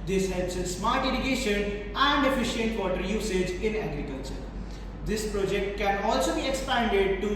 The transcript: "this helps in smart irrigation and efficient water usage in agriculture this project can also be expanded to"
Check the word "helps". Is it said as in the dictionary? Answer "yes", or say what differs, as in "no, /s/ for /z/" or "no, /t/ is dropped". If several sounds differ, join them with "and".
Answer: yes